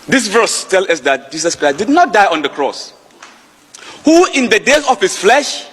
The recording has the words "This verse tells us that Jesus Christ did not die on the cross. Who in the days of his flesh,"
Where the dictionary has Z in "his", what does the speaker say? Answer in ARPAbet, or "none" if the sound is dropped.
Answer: S